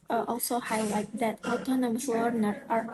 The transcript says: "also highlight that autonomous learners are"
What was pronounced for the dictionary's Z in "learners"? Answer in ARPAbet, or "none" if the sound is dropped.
none